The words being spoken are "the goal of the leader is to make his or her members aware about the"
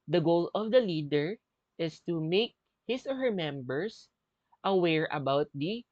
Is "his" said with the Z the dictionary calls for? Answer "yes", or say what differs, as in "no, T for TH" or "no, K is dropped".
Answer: no, S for Z